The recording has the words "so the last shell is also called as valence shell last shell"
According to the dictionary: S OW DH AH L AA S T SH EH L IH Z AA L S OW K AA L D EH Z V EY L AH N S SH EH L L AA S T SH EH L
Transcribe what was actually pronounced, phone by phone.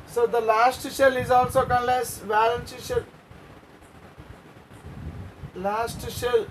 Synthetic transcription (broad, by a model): S OW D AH L AA S T SH EH L IH Z AA L S OW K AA N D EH S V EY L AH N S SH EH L L AA S T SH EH L